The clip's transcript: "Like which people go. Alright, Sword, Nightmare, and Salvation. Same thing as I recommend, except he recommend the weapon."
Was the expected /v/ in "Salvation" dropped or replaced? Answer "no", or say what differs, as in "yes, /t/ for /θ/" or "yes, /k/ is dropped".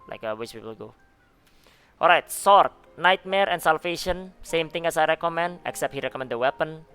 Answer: yes, /f/ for /v/